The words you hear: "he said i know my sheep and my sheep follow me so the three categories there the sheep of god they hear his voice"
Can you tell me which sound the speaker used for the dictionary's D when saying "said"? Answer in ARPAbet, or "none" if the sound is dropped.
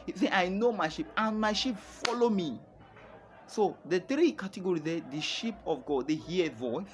none